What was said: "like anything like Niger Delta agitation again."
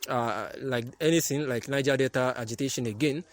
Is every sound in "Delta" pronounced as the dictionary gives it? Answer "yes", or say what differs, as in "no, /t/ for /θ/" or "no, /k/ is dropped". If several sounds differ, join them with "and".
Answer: no, /l/ is dropped